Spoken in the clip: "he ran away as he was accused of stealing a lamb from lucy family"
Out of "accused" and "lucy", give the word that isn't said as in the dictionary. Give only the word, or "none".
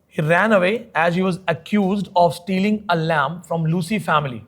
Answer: none